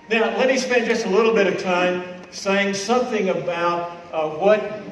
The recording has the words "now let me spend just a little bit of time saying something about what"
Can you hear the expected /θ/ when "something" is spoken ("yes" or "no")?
yes